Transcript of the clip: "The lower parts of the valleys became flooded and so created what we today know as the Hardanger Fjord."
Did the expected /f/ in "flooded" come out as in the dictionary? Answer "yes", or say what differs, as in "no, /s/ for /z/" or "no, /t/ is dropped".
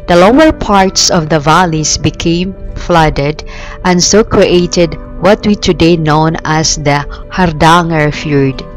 yes